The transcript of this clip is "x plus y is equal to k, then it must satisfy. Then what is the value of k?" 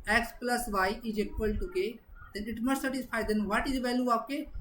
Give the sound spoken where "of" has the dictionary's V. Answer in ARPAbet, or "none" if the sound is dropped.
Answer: P